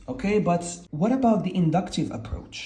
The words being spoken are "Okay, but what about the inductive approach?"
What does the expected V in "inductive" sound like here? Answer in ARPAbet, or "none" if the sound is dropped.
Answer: V